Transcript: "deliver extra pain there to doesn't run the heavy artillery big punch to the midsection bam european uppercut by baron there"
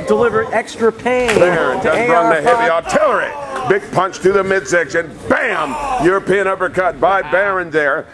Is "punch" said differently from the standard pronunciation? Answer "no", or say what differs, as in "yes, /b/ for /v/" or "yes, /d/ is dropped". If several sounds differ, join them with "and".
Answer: no